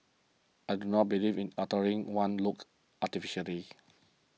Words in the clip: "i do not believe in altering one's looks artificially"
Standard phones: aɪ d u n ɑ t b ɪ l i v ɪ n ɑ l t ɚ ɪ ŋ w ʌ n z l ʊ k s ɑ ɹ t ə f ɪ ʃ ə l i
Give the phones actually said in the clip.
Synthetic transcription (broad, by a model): aɪ d u n ɑ t b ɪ l i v ɪ n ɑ t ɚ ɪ ŋ w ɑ n l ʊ k ɑ t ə f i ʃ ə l i